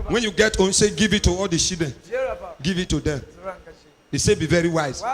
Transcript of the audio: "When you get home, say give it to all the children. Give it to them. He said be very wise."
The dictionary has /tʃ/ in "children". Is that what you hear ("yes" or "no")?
no